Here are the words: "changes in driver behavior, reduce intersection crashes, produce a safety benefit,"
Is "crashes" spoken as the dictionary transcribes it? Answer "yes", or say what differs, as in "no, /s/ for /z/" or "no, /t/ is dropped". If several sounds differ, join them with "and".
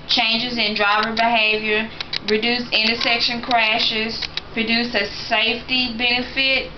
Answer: yes